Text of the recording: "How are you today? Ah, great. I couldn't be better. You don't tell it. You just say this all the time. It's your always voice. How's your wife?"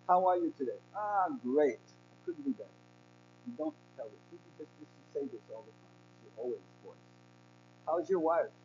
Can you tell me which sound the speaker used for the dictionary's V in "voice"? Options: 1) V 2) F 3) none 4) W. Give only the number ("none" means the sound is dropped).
2